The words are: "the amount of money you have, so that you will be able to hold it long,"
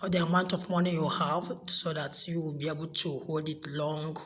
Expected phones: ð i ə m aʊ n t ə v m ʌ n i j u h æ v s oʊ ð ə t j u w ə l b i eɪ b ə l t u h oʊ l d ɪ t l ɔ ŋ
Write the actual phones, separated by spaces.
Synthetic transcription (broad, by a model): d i ə m aʊ n t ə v m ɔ n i j u h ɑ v s oʊ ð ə t j u w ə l b i eɪ b ə l t u h oʊ l d ɪ t l ɔ ŋ